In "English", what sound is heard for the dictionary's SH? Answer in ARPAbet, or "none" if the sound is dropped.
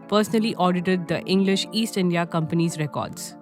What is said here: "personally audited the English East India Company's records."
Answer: SH